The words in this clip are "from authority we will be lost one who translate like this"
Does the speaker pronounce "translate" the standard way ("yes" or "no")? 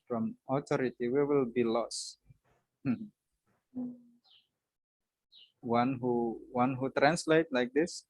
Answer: yes